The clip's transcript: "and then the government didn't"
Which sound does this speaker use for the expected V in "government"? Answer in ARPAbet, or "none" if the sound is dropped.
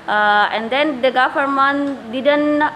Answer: F